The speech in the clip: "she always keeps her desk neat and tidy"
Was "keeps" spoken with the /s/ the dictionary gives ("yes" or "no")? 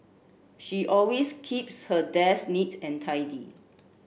yes